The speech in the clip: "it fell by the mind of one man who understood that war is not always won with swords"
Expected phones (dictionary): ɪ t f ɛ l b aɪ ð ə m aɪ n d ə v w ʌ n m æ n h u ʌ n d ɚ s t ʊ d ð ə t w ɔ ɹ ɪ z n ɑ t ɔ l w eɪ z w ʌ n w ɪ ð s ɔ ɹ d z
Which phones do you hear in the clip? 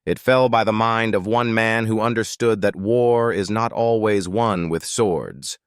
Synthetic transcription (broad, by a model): ɪ t f ɛ l b aɪ ð ə m aɪ n d ə v w ʌ n m æ n h u ʌ n d ɚ s t ʊ d ð ə t w ɔ ɹ ɪ z n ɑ t ɔ l w eɪ z w ʌ n w ɪ ð s ɔ ɹ d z